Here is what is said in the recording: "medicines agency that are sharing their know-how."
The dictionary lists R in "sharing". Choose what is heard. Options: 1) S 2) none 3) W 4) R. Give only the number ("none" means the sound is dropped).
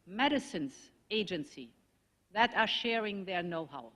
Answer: 4